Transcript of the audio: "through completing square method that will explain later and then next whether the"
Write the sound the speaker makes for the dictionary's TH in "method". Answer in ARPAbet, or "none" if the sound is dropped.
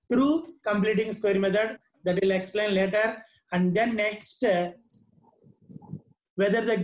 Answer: T